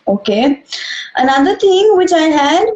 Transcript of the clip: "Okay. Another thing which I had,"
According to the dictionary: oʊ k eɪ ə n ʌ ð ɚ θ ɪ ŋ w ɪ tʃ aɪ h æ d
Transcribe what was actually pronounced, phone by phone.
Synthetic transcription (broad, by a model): oʊ k eɪ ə n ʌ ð ɚ t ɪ ŋ w ɪ tʃ aɪ h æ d